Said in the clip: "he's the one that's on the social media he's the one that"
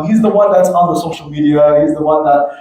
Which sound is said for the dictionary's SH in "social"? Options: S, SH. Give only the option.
SH